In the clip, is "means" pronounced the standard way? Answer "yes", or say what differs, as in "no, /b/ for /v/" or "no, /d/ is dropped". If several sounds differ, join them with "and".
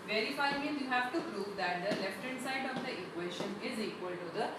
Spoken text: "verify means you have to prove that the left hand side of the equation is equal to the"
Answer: no, /z/ is dropped